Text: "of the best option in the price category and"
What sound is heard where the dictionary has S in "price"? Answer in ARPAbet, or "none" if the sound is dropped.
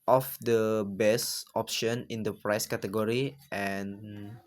S